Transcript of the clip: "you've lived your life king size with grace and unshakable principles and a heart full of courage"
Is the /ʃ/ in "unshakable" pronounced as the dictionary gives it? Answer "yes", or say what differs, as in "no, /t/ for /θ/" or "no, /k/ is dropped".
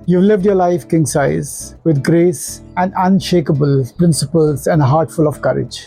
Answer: yes